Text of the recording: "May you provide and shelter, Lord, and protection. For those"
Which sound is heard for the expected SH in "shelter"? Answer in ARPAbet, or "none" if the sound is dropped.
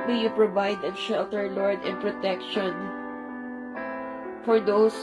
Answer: SH